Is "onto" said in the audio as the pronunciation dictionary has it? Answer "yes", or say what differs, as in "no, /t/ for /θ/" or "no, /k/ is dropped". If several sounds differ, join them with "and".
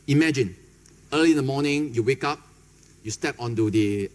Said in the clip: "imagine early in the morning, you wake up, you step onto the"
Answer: yes